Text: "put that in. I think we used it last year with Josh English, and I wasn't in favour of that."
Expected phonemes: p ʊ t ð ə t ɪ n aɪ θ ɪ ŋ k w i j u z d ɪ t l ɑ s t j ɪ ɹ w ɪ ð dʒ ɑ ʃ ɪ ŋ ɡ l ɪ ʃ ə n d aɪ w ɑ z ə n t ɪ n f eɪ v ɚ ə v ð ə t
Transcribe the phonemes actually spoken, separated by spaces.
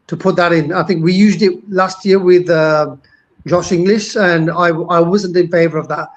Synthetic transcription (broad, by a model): p ʊ t ð ə t ɪ n aɪ θ ɪ ŋ k w i j u z d ɪ t l ɑ s t j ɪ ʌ w ɪ ð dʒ ɑ ʃ ɪ ŋ ɡ l ɪ ʃ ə n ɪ aɪ w ɑ z ə n t ɪ n f eɪ v ɚ ə v ð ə t